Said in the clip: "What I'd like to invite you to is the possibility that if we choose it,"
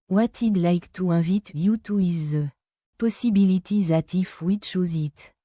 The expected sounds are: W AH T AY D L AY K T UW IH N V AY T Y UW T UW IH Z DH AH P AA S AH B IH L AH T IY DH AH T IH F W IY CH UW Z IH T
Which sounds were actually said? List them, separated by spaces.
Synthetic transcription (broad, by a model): W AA T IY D L AY K T UW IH V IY T Y UW T UW IH Z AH P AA S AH B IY L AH T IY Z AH T IH F W IY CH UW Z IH T